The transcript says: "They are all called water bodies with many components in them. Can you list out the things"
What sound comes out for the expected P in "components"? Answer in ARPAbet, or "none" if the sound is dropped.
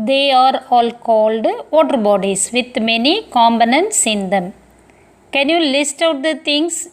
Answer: B